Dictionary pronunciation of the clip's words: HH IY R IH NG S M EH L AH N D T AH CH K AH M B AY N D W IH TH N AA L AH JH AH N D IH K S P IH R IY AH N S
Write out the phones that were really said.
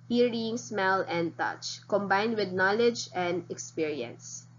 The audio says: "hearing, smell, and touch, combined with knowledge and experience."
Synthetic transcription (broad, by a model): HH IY R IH NG S M EH L AH N D T AH CH K AH M B AY N D W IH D N AA L AH JH AH N D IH K S P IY R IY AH N S